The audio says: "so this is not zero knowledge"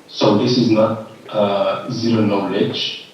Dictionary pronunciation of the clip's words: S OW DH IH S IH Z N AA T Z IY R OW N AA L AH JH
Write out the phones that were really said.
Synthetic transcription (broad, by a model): S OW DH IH S IH Z N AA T Z IY R OW N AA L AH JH